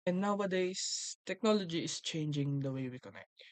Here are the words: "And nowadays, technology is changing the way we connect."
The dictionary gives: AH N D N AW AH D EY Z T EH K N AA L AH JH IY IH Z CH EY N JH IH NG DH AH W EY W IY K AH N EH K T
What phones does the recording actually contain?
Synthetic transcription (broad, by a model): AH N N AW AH D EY S T EH K N AA L AH JH IY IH S CH EY N JH IH NG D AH W EY W IY K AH N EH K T